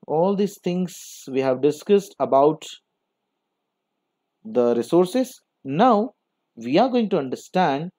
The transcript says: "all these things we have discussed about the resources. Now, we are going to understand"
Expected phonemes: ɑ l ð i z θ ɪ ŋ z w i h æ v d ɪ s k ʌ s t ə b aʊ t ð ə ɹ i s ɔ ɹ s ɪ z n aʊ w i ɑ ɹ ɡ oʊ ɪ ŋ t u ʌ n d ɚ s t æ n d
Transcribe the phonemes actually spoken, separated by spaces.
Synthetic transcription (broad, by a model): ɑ l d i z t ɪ ŋ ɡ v i h æ v d ɪ s k ʌ s t ə b aʊ t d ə ɹ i s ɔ ɹ s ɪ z n aʊ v i ɑ ɹ ɡ oʊ ɪ ŋ t u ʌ n d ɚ s t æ n d